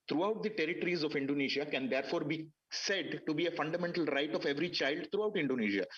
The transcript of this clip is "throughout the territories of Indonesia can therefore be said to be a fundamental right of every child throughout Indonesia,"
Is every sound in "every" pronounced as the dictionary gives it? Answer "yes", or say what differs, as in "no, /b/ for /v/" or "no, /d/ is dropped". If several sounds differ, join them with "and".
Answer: yes